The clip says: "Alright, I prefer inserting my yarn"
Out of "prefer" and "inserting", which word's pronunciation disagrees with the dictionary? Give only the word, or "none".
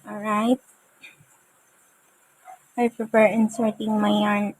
prefer